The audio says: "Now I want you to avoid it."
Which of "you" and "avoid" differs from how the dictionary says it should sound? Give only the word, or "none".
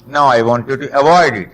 none